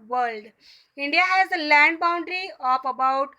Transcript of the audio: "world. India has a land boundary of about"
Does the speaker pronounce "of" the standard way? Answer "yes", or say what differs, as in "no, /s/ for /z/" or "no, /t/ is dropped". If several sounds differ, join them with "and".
no, /p/ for /v/